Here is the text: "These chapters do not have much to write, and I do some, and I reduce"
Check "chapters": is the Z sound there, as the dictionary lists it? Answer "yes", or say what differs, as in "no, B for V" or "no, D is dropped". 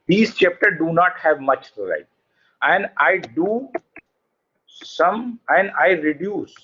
no, Z is dropped